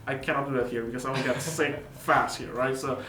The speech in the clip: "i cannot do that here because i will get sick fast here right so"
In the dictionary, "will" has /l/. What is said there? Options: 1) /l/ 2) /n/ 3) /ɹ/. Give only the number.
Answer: 2